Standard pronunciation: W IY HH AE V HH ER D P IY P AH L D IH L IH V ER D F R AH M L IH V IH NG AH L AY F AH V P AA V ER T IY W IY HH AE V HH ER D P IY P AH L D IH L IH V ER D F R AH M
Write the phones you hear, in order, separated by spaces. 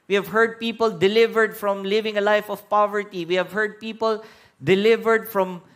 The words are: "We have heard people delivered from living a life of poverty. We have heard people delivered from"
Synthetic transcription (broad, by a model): W IY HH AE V HH ER D P IY P AH L D IH L IH V ER D F R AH M L IH V IH NG AH L AY F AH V P AA V ER T IY W IY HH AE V HH ER D P IY P AH L D IH L IH V ER D F R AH M